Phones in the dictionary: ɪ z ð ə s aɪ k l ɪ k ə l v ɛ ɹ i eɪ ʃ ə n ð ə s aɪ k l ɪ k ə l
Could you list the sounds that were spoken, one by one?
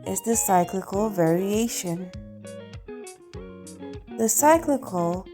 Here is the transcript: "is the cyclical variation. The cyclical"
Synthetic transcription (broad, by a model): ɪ z ð ə s aɪ k l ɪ k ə l v ɛ ɹ i eɪ ʃ ə n ð ə s aɪ k l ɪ k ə l